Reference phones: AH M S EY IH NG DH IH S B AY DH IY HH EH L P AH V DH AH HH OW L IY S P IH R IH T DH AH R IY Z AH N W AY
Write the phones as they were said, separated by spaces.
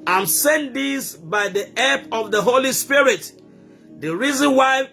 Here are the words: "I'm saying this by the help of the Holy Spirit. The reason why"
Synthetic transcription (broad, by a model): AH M S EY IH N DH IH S B AY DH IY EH P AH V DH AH HH OW L IY S P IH R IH T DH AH R IY Z AH N W AY